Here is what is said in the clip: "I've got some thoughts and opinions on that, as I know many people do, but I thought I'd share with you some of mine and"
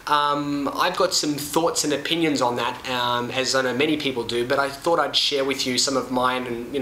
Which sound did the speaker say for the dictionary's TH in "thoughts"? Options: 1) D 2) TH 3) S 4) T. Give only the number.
2